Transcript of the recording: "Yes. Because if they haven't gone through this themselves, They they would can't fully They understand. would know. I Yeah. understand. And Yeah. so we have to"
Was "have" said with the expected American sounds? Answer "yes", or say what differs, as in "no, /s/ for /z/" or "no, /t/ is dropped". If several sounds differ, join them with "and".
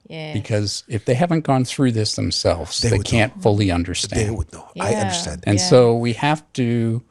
no, /f/ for /v/